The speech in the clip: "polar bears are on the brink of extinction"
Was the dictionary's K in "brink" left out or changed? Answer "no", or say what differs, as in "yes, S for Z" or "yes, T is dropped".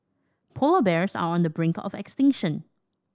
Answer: no